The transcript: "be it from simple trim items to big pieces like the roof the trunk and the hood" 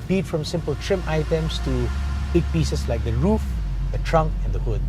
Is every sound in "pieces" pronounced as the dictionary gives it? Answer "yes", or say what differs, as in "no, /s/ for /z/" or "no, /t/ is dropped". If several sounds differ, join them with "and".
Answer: no, /s/ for /z/